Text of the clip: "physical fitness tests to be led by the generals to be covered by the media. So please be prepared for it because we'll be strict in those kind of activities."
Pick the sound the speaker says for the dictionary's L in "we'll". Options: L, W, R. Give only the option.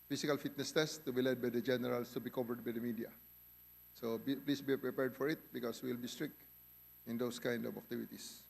L